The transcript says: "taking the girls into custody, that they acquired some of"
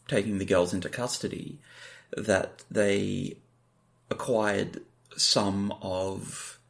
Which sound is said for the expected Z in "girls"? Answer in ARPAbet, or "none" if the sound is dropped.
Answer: Z